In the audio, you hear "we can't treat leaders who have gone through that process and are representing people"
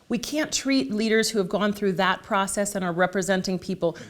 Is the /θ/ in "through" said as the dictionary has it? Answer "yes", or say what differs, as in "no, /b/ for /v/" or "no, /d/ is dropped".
yes